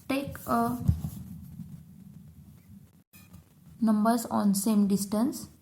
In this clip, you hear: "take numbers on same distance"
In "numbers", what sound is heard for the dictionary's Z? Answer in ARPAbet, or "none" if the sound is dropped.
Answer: S